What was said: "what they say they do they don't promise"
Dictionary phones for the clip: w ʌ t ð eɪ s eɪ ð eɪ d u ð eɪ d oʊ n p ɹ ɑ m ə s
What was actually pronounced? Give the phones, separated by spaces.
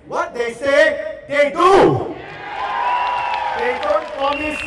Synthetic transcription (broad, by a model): w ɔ t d eɪ s eɪ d eɪ d u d eɪ d oʊ n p ɹ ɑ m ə s